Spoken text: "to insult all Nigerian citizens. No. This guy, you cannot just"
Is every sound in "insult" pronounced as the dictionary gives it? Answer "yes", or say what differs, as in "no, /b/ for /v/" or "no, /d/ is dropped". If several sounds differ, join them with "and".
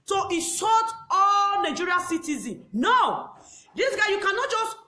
no, /n/ is dropped and /l/ is dropped